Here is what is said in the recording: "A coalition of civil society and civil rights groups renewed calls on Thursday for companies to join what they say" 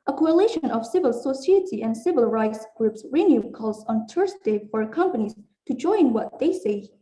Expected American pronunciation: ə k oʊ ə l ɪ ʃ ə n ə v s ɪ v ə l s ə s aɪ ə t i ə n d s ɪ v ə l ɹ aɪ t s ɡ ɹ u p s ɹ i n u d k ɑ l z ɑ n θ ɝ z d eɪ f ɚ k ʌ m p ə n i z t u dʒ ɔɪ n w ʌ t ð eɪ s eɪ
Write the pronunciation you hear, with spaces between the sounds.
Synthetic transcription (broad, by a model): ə k oʊ ə l ɪ ʃ ə n ə v s ɪ v ə l s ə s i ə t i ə n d s ɪ v ə l ɹ aɪ t s ɡ ɹ u p s ɹ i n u k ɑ l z ɑ n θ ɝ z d eɪ f ɚ k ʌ m p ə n i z t u dʒ ɔɪ n w ʌ t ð eɪ s eɪ